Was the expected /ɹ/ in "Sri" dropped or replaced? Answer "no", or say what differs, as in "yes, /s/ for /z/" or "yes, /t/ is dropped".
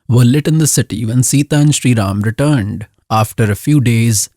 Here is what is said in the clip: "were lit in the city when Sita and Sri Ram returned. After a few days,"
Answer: no